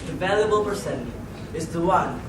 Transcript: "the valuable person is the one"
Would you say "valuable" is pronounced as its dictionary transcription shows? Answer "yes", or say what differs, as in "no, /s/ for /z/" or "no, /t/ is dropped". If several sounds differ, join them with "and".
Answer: yes